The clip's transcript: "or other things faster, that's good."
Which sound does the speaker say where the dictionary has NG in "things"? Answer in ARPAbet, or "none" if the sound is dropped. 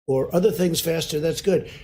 NG